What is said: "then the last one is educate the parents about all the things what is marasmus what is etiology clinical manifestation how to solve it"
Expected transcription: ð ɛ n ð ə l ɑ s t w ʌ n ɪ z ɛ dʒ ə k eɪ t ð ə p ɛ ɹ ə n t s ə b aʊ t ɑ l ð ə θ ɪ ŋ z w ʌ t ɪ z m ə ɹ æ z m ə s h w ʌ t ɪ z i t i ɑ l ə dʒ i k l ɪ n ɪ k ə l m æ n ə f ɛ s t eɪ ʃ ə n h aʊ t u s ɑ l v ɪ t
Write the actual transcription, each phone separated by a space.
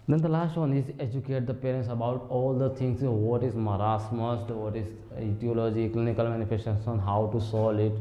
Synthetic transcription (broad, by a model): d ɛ n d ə l ɑ s t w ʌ n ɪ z ɛ dʒ ə k eɪ t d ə p ɛ ɹ ə n t s ə b aʊ t ɑ l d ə t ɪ ŋ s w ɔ t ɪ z m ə ɹ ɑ s m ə s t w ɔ t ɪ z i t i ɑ l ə dʒ i k l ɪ n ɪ k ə l m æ n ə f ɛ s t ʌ s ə n h aʊ t u s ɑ l ɪ t